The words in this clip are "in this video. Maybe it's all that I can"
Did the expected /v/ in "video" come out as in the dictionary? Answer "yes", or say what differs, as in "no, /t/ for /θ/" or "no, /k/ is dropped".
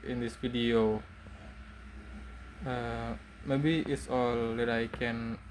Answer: no, /f/ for /v/